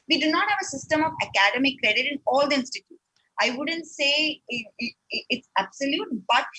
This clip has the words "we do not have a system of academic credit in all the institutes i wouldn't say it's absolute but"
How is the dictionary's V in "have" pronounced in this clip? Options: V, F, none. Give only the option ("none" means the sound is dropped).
V